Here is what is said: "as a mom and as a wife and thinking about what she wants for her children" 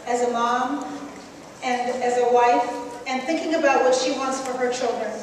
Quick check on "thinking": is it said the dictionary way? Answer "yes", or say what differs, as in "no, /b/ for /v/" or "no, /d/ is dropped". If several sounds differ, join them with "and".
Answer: yes